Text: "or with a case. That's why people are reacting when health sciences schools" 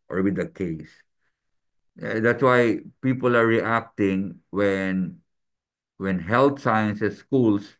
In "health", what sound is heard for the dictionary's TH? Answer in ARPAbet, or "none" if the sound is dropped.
T